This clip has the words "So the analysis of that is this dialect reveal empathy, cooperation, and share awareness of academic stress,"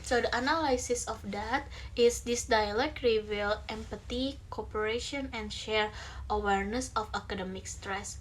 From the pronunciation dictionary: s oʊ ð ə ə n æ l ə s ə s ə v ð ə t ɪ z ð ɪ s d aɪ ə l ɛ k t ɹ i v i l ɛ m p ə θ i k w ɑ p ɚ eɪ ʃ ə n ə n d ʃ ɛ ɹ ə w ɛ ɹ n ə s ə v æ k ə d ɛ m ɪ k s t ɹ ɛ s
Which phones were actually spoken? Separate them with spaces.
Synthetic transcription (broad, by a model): s oʊ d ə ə n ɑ l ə s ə s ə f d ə t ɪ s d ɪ s d aɪ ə l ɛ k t ɹ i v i l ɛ m p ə t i k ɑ p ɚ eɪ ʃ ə n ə n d ʃ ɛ ɹ ə w ɛ ɹ n ə s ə f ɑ k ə d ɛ m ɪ k s t ɹ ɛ s